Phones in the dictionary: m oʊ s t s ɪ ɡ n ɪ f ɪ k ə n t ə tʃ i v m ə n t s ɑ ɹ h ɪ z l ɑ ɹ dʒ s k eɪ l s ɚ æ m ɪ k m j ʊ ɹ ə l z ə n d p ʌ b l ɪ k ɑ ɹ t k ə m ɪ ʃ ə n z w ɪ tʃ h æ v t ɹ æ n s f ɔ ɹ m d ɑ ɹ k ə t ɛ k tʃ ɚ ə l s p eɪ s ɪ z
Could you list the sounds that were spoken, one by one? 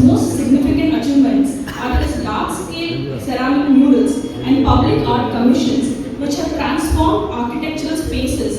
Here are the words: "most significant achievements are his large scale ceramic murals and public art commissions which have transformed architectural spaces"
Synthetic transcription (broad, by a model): m oʊ s t s ɪ ɡ n ɪ f ɪ k ə n t ə tʃ i v m ə n t s ɑ ɹ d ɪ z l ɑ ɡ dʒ s k eɪ l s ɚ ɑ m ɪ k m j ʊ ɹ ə l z ə n d p ʌ b l ɪ k ɑ ɹ t k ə m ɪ ʃ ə n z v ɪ tʃ h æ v t ɹ æ n s f ɔ ɹ m d ɑ ɹ k ə t ɛ k tʃ ɚ ə l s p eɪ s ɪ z